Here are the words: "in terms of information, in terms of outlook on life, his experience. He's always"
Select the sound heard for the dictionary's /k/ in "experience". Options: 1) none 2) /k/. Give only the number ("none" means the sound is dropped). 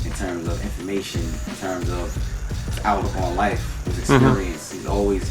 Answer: 2